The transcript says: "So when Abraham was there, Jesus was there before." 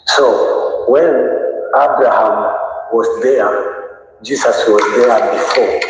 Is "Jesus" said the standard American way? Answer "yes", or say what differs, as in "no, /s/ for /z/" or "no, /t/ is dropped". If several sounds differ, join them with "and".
no, /s/ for /z/